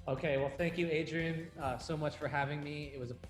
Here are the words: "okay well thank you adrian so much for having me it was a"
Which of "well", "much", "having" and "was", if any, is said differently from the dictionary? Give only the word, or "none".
none